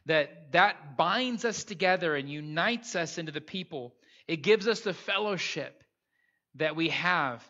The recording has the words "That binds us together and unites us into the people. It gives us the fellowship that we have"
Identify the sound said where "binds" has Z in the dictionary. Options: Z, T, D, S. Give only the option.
Z